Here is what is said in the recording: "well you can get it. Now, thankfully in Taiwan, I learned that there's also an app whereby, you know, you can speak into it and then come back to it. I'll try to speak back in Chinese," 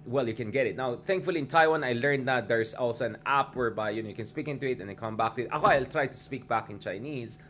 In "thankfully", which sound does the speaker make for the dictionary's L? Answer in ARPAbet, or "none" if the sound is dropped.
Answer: L